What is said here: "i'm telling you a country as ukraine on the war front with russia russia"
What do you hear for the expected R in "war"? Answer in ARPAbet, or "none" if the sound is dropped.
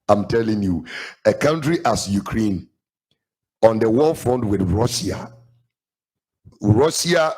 L